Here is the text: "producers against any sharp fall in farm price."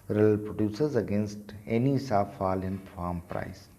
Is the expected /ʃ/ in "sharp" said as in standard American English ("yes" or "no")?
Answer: no